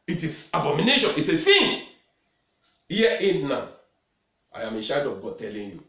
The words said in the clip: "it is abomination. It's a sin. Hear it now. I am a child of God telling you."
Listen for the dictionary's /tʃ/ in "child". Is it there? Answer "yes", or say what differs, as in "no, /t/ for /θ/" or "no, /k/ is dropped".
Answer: no, /ʃ/ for /tʃ/